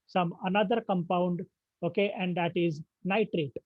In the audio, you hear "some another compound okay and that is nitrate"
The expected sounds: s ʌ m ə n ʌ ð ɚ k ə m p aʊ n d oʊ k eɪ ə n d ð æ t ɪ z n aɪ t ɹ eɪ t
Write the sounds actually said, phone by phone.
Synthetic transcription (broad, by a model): s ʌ m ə n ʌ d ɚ k ə m p aʊ n d oʊ k eɪ ə n d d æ t ɪ z n aɪ t ɹ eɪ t